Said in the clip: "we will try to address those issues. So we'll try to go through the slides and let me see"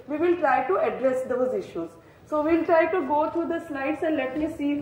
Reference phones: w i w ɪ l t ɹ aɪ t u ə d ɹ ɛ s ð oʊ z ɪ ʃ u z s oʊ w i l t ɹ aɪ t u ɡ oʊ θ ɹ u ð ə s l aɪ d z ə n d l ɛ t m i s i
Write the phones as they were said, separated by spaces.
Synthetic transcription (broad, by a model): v i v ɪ l t ɹ aɪ t u ə d ɹ ɛ s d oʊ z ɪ ʃ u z s oʊ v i l t ɹ aɪ t u ɡ oʊ t ɹ u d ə s n aɪ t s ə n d l ɛ t m i s i